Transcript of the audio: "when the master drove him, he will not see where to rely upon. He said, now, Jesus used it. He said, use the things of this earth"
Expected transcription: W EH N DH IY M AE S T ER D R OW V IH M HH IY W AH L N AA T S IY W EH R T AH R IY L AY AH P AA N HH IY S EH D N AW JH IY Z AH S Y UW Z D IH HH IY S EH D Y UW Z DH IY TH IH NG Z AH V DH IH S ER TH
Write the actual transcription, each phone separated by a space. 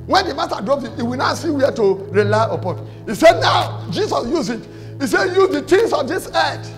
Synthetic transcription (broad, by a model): W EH N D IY M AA S T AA D R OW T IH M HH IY W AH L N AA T S IY W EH T AH R IY L AY AH P AA N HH IY S EH D N AW JH IY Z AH S Y UW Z IH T IY S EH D Y UW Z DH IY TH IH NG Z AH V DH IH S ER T